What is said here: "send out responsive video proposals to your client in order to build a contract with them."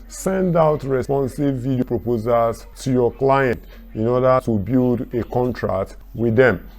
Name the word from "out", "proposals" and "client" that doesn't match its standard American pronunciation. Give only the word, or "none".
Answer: proposals